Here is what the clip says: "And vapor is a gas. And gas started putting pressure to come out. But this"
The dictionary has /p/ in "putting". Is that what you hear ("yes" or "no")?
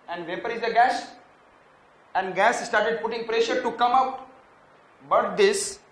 yes